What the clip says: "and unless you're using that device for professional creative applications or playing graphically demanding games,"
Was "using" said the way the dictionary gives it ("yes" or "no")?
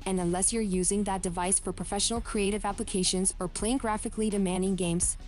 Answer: yes